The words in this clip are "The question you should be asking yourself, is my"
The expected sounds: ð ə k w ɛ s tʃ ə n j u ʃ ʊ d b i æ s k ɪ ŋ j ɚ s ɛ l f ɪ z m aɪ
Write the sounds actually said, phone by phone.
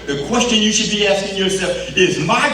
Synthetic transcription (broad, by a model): ð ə k w ɛ s tʃ ə n j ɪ ʃ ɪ d b i æ s k ɪ ŋ j ɚ s ɛ l f ɪ z m aɪ